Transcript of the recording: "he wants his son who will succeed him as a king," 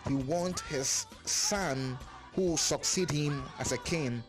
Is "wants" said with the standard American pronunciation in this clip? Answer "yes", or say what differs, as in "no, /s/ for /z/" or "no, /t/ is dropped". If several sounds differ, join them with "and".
no, /s/ is dropped